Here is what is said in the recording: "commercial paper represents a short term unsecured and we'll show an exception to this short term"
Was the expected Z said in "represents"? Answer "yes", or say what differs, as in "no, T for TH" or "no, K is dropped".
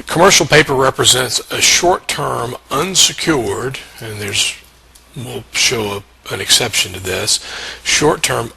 yes